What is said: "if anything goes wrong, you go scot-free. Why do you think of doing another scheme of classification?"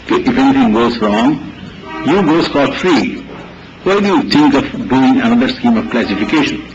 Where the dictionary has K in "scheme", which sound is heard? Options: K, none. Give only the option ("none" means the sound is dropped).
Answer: K